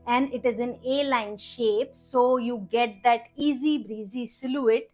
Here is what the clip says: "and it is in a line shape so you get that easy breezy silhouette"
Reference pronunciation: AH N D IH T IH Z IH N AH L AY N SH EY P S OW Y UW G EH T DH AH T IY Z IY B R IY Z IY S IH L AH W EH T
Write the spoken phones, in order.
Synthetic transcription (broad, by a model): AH N D IH T IH Z IH N AH L AY N SH EY P S OW Y UW G EH T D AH T IY Z IY B R IY Z IY S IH L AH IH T